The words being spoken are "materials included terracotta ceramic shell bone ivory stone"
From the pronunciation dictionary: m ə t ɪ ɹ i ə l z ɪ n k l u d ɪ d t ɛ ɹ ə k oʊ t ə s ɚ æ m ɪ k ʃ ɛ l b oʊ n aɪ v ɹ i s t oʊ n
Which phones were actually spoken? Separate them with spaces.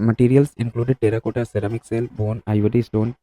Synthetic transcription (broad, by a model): m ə t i ɹ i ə l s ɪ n k l u d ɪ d t ɛ ɹ ə k oʊ t ə s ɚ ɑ m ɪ k s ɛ l b oʊ n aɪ v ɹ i s t oʊ n